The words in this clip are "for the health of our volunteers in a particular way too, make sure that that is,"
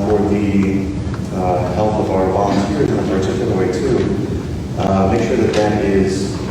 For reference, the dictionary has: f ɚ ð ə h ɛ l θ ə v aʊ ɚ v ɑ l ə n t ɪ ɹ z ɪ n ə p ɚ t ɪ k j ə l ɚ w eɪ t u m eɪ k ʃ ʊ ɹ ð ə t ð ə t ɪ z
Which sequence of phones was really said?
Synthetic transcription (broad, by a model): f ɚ ð ə h ɛ l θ ə v aʊ ɚ b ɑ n s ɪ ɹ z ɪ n ə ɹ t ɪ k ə n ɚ w eɪ t u m eɪ k ʃ ʊ ɹ ð ə t ð ə t ɪ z